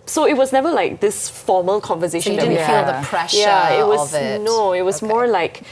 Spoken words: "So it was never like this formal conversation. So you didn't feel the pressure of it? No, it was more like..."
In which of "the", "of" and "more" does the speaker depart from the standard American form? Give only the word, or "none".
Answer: of